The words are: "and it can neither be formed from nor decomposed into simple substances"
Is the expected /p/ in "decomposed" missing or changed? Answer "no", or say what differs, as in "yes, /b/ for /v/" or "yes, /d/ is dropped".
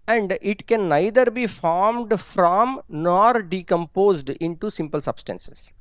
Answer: no